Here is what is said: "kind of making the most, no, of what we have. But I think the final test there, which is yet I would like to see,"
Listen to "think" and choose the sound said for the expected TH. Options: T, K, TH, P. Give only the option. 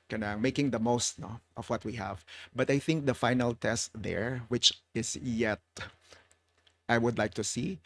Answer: TH